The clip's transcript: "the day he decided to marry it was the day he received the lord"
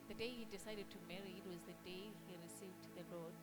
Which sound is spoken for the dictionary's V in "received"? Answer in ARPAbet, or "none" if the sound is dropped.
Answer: V